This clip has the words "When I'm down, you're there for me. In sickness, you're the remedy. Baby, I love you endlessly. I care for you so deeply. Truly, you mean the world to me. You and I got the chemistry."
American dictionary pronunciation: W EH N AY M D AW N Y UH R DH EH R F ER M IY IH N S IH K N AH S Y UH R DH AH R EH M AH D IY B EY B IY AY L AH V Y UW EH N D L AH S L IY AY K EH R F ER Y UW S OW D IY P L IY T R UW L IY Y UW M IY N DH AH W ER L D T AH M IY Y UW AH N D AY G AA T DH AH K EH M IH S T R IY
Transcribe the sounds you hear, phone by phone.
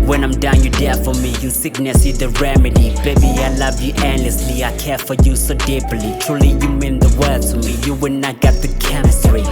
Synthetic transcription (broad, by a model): W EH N AY M D AW N Y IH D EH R F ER M IY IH S IH K N AH S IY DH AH R EH M AH D IY B EY B IY AY L AH V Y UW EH N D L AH S L IY AY K EH R F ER Y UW S OW D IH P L IY T R UW L IY Y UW M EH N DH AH W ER D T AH M IY Y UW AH N AY G AA T DH AH K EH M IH S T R IY